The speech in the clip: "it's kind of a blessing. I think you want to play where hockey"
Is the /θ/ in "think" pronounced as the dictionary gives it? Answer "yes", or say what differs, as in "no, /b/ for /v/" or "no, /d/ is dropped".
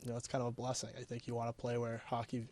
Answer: yes